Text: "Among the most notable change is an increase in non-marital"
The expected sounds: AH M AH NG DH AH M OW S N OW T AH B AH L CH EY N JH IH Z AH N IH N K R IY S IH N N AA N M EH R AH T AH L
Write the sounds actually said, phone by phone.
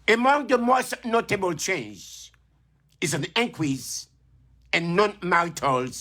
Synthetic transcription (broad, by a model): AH M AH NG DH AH M OW S N OW T AH B AH L CH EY N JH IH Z AH N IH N K W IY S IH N N AA N M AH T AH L